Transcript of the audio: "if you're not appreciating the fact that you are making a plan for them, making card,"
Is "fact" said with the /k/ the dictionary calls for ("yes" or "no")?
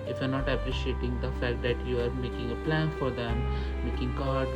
yes